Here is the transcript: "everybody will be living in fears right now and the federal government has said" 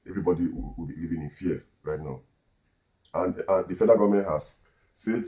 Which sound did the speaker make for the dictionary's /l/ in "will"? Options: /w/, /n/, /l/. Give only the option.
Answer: /w/